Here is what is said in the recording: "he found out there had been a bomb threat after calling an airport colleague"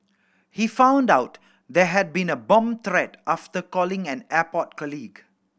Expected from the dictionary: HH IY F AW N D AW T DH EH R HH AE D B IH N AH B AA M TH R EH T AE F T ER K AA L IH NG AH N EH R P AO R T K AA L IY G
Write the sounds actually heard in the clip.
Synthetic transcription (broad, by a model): HH IY F AW N D AW T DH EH HH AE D B IH N AH B AA M T R EH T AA F T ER K AA L IH NG AH N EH P AO T K AA L IY G